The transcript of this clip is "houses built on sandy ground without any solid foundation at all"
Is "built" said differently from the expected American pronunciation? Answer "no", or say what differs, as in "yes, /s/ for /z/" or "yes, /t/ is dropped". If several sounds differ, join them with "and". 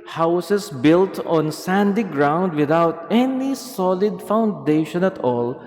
no